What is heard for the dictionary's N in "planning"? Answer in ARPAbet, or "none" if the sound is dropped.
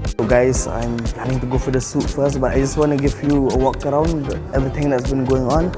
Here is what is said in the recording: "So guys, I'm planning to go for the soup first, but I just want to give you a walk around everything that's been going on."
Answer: none